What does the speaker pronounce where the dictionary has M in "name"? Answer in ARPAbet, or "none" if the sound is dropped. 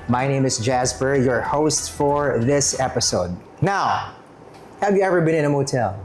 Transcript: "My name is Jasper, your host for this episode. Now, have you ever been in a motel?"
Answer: M